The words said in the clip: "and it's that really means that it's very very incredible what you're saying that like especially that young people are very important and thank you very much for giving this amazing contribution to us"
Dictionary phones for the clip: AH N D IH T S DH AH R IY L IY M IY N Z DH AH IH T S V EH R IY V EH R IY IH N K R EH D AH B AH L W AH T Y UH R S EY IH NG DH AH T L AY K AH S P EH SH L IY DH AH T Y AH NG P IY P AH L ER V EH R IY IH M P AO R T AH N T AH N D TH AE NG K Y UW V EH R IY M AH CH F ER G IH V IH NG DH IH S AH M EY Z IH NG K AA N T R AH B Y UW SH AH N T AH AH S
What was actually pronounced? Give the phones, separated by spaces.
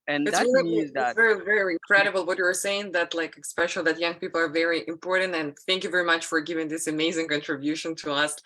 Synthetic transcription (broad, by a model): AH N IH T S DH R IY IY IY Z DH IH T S V EH R IY V EH R IY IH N K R EH D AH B L W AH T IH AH R S EY IH NG DH AH T L AY K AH S P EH SH L DH AH T Y AH NG P IY P L ER V EH R IY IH M P AO R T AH N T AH N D TH AE NG K Y UW V EH R IY M AH CH F ER G IH V IH NG DH IH S AH M EY Z IH NG K AA N T R AH B Y UW SH AH N T AH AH S